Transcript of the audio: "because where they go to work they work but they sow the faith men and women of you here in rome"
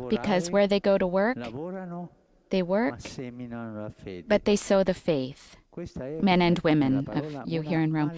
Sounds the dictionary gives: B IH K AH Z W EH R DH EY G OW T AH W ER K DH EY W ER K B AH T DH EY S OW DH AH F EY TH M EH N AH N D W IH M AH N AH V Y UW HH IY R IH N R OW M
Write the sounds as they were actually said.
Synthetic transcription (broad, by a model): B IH K AH Z W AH R DH EY G OW T AH W ER K DH EY W ER K B AH T DH EY S OW DH AH F EY TH M EH N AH N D W IH M AH N AH V Y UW HH IY R IH N R OW M